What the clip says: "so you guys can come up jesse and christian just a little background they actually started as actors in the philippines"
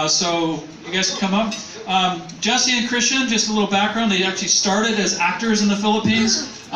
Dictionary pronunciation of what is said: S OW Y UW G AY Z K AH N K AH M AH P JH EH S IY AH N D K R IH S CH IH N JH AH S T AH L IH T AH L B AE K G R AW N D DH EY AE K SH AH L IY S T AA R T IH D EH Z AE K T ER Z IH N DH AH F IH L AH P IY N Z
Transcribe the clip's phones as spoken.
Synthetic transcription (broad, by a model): S OW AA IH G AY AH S K AH M AH P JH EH S IY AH N K R IH S CH IH N JH AH S T AH L IH T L B AE K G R AW N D DH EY AE K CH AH L IY S T AA R T IH D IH Z AE K T ER Z IH N DH AH F IH L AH P IY N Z